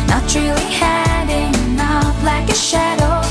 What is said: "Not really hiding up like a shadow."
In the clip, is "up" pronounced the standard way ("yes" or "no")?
no